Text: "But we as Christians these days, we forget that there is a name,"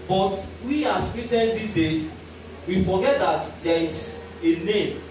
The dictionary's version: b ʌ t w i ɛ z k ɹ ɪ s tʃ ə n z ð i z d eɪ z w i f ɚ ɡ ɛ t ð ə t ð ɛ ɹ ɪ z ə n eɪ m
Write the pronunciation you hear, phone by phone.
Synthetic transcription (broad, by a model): b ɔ t w i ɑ s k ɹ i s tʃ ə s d i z d eɪ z w i f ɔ ɡ ɛ t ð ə t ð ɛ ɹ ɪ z ə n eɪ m